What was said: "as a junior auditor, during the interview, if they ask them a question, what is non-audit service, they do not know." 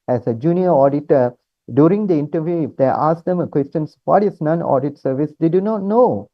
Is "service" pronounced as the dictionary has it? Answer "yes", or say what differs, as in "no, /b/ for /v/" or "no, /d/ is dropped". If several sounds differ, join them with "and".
yes